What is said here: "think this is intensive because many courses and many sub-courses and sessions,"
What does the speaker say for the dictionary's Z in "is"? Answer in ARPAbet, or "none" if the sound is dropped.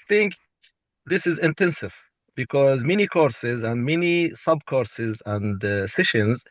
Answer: Z